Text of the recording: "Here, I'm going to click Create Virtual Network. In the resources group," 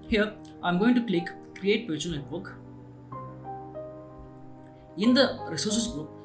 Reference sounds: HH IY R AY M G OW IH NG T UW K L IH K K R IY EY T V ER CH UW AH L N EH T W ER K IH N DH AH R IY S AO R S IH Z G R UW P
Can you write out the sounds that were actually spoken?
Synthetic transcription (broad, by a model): HH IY R AY M G OW IH NG T UW K L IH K K R IY EY T P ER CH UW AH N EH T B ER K IH N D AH R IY S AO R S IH S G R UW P